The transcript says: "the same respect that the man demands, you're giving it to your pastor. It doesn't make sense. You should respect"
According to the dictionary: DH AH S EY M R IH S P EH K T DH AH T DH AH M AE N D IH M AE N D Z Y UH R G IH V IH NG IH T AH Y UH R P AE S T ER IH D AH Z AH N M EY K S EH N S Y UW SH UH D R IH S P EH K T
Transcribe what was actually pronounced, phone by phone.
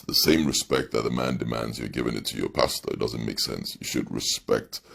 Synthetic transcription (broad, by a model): DH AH S EY M R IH S P EH K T DH AH T DH AH M AE N D IH M AE N D Z Y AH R G IH V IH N IH T AH Y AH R P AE S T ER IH D AH Z AH N M EY K S EH N S Y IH SH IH D R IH S P EH K T